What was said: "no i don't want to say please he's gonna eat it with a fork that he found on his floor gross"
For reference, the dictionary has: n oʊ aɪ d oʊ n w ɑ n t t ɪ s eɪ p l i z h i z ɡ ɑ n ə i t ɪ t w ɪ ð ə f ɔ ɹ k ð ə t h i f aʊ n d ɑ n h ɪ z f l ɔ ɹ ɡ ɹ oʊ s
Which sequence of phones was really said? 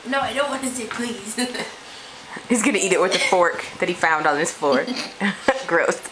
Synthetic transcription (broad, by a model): n oʊ aɪ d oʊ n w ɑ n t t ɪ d p l i z h i z ɡ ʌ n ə i t ɪ t w ɪ ð ə f ɔ ɹ k ð ə t h i f aʊ n d n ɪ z f ɔ ɹ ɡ ɹ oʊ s